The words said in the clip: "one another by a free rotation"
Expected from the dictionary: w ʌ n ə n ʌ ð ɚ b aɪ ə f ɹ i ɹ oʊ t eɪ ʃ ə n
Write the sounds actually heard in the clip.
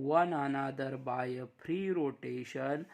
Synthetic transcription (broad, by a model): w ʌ n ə n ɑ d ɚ b aɪ ə p ɹ i ɹ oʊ t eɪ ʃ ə n